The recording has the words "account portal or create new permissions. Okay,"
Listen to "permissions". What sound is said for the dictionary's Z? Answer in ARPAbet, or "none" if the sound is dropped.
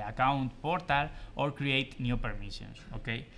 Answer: S